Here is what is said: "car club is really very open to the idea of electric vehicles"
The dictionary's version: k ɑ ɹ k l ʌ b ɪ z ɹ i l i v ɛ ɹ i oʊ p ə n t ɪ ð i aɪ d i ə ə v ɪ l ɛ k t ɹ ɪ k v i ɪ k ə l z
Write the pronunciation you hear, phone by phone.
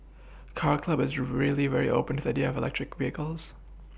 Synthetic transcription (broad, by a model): k ɑ ɹ k l ʌ b ɪ z ɹ i l i v ɛ ɹ i oʊ p ə n t ɪ ð i aɪ d i ə ə v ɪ l ɛ k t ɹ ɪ k v i ɪ k ə l z